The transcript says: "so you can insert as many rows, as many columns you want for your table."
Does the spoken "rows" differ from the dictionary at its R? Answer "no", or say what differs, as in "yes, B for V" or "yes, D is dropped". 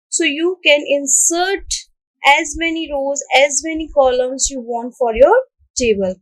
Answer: no